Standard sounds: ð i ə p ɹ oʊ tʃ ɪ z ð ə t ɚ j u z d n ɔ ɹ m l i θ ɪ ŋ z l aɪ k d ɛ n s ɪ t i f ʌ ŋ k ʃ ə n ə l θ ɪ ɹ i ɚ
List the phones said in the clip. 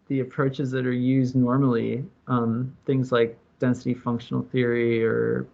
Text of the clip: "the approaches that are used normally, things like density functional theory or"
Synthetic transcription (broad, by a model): ð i ə p ɹ oʊ tʃ ɪ z ð ə t ɚ j u z d n ɔ ɹ m l i θ ɪ ŋ z l aɪ k d ɛ n s ɪ t i f ʌ ŋ k ʃ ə n l θ ɪ ɹ i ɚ